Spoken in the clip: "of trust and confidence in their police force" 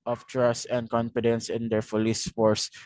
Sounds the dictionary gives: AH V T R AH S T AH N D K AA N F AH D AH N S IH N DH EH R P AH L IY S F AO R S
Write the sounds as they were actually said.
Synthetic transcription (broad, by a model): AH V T R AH S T AH N D K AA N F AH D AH N S IH N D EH R F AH L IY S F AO R S